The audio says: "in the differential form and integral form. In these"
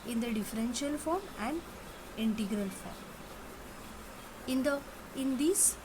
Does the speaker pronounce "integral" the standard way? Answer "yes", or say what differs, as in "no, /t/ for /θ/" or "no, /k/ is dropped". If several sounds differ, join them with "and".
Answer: yes